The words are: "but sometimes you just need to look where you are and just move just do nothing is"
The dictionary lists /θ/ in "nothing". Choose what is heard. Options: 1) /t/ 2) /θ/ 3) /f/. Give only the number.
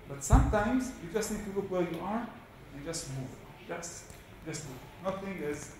1